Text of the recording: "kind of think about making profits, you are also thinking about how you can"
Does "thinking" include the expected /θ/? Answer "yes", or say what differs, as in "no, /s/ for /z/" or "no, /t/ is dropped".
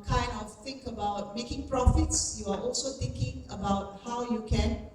no, /t/ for /θ/